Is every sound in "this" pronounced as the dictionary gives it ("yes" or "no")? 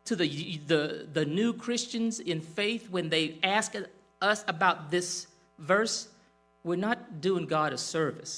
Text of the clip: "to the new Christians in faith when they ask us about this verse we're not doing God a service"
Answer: yes